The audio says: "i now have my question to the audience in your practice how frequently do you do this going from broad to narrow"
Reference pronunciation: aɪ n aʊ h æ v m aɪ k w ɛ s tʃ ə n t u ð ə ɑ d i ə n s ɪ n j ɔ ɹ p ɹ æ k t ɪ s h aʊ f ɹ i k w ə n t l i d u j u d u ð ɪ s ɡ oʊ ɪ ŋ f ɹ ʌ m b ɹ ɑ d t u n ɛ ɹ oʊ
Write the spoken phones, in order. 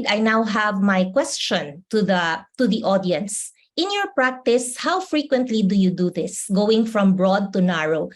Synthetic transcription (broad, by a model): aɪ n aʊ h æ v m aɪ k w ɛ s tʃ ə n t u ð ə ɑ d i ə n s ɪ n j ɔ ɹ p ɹ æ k t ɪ s h aʊ f ɹ i k w ə n t l i d u j u d u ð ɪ s ɡ oʊ ɪ ŋ f ɹ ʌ m b ɹ ɑ d t u n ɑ ɹ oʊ